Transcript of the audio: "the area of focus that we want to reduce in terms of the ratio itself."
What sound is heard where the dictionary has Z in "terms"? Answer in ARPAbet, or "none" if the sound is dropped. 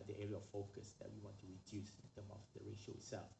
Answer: none